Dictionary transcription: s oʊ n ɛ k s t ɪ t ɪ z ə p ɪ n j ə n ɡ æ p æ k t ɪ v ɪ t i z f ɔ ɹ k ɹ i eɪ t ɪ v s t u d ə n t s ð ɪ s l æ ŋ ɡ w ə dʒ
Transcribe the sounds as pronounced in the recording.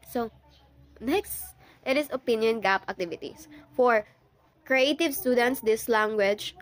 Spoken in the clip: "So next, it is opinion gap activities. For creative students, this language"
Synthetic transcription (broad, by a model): s oʊ n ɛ k s t ɪ t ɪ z ə p ɪ n j ə n ɡ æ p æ k t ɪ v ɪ t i s f ɔ ɹ k ɹ i eɪ t ɪ v s t u d ə n t s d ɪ s l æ ŋ ɡ w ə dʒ